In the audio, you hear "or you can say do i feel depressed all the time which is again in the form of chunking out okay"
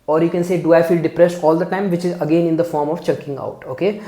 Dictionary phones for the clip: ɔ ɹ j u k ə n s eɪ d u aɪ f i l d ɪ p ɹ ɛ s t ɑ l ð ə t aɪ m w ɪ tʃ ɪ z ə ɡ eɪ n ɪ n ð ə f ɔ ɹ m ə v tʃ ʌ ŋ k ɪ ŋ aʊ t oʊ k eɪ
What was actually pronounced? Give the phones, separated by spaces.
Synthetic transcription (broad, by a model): ɔ ɹ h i k ə n s eɪ d u aɪ f i l d ɪ p ɹ ɛ s t ɑ l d ə t aɪ m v ɪ tʃ ɪ z ə ɡ eɪ n ɪ n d ə f ɔ ɹ m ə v tʃ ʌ k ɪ ŋ aʊ t oʊ k eɪ